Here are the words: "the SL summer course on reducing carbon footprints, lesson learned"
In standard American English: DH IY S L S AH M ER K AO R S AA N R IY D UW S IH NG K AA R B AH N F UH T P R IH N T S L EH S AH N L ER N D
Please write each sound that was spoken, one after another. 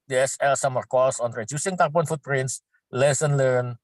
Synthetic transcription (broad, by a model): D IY S L S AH M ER K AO L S AA N R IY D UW S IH NG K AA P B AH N F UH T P R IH N T S L EH S AH N L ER N